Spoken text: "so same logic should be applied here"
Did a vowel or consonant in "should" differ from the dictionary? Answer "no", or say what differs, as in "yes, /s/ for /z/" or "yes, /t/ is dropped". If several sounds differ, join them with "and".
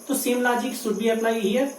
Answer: yes, /s/ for /ʃ/